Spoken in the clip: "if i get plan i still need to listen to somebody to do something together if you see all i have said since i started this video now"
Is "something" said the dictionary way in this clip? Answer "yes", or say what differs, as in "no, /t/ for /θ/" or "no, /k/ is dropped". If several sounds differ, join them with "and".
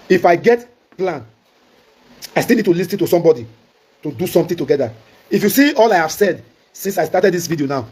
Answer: no, /t/ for /θ/